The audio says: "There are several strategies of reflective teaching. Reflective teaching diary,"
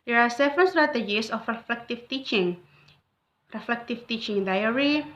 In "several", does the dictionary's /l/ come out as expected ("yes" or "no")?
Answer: no